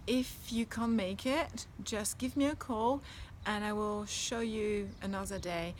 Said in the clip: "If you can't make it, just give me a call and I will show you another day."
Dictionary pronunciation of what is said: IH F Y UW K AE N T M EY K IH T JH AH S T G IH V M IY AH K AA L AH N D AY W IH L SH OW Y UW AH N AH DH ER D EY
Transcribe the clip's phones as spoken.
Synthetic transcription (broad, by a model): IH F Y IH K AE N M EY K IH T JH AH S G IH V M IY AH K AA L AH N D AY W IH L SH OW Y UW AH N AH DH ER D EY